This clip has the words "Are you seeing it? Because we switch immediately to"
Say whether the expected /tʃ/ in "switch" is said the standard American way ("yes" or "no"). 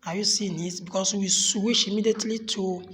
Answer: no